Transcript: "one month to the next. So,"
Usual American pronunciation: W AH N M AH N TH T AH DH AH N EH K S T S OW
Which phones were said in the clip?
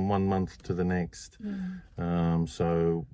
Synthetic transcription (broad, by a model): W AH N M AH N TH T AH DH AH N EH K S T S OW